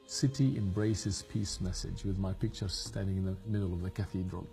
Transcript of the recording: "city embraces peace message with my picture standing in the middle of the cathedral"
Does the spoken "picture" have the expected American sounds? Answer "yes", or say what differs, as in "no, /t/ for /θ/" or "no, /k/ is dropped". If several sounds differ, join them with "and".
yes